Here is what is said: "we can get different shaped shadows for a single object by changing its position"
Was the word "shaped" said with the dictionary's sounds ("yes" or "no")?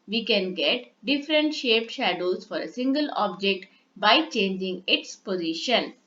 yes